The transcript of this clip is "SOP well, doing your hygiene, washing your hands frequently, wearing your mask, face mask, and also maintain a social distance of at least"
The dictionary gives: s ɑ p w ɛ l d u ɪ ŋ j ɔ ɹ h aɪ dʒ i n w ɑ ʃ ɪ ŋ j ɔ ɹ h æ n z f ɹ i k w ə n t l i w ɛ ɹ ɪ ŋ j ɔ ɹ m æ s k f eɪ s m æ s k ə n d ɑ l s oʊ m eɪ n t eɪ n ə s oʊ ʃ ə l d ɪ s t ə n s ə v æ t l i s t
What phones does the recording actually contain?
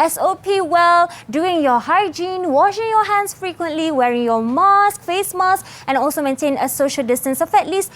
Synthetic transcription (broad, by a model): s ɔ p w ɛ l d u ɪ ŋ j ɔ h aɪ dʒ i n w ɑ ʃ ɪ ŋ j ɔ h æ n s f ɹ i k w ə n t l i w ɛ ɹ ɪ ŋ j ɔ m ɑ s k f eɪ s m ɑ s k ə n ɑ l s oʊ m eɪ n t eɪ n ə s oʊ ʃ ə l d ɪ s t ə n s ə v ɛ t l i s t